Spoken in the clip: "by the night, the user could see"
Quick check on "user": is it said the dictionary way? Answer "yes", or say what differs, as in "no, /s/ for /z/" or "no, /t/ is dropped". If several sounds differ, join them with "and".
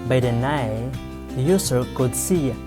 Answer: no, /s/ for /z/